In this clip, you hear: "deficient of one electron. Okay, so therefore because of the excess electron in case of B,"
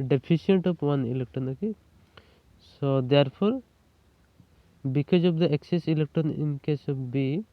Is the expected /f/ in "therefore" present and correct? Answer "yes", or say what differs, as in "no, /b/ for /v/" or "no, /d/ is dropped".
no, /p/ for /f/